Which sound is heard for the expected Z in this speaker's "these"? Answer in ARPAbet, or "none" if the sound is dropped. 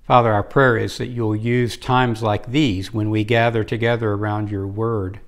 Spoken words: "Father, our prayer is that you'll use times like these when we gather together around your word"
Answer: Z